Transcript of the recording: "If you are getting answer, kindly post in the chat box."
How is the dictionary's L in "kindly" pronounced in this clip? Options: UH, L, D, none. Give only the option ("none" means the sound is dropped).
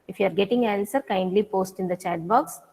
L